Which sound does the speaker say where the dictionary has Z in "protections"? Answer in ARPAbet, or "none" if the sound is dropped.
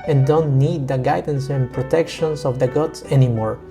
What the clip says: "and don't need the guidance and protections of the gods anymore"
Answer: S